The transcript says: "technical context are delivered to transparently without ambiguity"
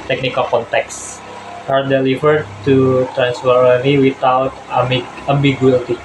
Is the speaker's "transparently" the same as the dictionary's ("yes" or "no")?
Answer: no